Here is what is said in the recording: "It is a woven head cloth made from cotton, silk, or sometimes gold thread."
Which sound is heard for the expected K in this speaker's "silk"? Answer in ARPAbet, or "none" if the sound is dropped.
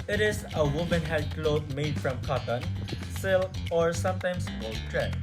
none